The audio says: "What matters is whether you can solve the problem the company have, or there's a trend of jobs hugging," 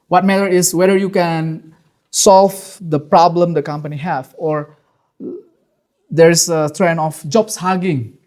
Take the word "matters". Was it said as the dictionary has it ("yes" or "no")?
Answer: no